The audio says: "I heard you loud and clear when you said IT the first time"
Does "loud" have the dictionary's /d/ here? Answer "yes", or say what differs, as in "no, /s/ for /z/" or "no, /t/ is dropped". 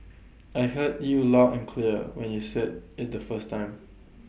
no, /d/ is dropped